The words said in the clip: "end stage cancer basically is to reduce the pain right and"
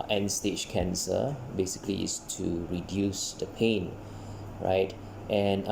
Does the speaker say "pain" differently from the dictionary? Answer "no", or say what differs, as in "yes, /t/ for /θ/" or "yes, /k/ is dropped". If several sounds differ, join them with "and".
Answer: no